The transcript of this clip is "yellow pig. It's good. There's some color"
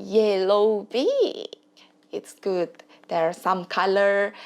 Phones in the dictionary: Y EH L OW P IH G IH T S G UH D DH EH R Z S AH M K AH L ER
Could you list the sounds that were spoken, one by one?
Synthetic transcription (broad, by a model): Y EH L OW B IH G IH T S G UH D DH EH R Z S AH M K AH L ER